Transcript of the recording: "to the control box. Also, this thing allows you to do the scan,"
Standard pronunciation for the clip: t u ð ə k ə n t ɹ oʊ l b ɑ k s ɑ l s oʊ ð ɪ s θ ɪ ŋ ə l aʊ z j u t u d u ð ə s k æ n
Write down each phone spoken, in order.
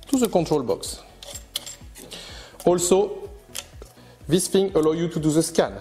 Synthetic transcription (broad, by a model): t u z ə k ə t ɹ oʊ l b ɑ k s ɑ l s oʊ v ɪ s f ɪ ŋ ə l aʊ j u t u d u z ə s k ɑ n